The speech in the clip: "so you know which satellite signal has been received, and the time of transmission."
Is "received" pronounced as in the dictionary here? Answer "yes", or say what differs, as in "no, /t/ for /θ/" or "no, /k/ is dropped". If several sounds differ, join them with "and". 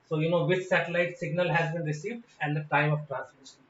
yes